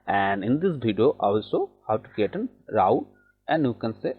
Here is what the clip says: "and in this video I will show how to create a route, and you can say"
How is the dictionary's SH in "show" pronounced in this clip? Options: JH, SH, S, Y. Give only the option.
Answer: S